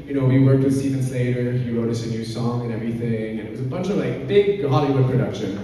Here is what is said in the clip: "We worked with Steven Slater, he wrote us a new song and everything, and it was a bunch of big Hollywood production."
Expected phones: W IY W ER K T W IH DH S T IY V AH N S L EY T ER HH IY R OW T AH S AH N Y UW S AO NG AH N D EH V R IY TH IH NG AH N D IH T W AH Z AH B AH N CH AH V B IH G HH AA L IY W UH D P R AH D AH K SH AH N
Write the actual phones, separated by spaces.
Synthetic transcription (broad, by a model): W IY W ER K T W IH DH S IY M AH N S L EY T ER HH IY R OW T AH S AH N Y UW S AO NG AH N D EH V R IY TH IH NG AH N IH T W AH Z AH B AH N CH AH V B IH G HH AA L IY W UH D P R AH D AH K SH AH N